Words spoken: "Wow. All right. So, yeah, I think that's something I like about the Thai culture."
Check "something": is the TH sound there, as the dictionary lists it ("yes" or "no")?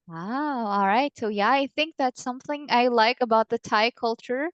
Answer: yes